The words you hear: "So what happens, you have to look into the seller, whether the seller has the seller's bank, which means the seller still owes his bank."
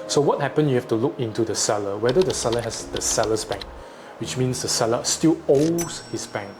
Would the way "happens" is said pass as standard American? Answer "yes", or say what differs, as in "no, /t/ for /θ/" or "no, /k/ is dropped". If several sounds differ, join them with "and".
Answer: no, /z/ is dropped